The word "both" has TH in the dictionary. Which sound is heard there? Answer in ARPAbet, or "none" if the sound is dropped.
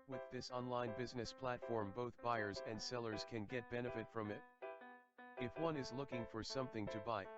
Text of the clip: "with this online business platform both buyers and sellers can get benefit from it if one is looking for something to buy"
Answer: TH